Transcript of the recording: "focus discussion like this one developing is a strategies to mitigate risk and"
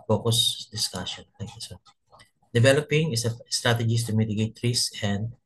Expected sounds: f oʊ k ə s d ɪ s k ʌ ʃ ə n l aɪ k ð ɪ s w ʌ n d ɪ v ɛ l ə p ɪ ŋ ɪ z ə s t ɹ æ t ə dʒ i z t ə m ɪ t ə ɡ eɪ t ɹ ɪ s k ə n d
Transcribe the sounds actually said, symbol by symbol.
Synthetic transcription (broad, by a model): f oʊ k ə s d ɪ s k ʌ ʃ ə n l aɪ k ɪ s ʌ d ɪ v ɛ l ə p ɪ ŋ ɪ s ə s t ɹ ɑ t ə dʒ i s t ə m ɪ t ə ɡ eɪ t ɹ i s ə n d